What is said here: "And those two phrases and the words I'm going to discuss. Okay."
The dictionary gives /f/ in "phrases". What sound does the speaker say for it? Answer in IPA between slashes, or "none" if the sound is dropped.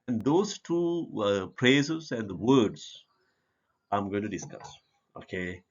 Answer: /p/